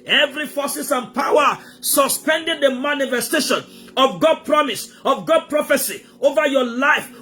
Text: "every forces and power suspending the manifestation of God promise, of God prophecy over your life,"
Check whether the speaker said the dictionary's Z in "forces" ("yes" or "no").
no